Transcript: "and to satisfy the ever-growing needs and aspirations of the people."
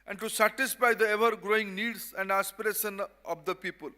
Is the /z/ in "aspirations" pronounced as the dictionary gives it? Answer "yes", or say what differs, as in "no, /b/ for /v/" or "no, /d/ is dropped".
no, /z/ is dropped